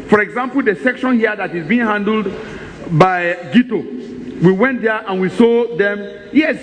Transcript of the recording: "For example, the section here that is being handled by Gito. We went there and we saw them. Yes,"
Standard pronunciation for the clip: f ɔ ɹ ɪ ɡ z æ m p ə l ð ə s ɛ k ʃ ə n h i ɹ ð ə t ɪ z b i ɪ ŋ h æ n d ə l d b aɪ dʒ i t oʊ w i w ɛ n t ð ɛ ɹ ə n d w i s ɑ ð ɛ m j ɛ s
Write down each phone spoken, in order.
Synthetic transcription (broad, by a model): f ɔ ɹ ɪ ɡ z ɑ m p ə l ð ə s ɛ k ʃ ə n h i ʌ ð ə t ɪ z b i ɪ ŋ h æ n d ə l d b aɪ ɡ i t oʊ w i w ɛ n t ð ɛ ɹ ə n w i s ɑ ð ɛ m j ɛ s